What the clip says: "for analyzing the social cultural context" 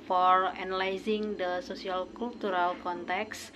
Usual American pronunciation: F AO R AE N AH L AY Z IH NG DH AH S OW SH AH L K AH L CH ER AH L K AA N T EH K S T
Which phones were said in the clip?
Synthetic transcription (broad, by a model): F AO R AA N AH L AY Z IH NG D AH S OW S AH L K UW L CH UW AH L K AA N T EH K S